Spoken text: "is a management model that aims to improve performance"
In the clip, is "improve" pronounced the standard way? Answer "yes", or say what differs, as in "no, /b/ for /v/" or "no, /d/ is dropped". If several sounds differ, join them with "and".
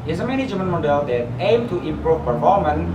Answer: yes